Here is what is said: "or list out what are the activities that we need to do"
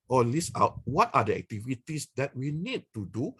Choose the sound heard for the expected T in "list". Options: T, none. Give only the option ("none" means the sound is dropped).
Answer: none